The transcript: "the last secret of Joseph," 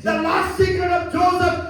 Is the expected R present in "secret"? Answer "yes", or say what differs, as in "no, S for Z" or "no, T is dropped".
no, R is dropped